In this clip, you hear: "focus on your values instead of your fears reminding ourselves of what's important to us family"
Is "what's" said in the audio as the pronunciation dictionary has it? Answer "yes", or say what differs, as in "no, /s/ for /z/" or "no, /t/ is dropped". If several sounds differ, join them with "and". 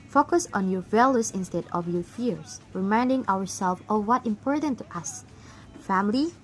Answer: no, /s/ is dropped